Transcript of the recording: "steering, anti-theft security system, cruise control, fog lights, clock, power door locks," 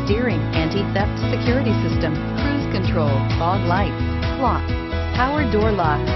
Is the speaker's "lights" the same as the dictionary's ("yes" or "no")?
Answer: no